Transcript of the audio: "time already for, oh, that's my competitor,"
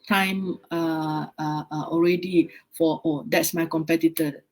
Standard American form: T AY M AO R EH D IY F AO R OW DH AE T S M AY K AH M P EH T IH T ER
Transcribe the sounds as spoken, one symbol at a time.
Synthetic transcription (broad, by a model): T AY M AO R EH D IY F AO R OW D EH T S M AY K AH M P EH T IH T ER